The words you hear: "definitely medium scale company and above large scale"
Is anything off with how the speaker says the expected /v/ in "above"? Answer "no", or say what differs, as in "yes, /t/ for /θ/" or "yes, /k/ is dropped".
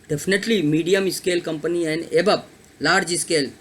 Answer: yes, /b/ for /v/